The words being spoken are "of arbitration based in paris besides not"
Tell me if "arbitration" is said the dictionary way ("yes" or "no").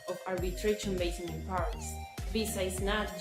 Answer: no